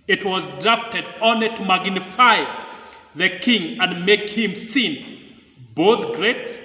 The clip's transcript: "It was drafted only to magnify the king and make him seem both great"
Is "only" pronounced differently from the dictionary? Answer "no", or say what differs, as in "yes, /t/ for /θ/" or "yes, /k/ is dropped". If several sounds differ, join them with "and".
yes, /l/ is dropped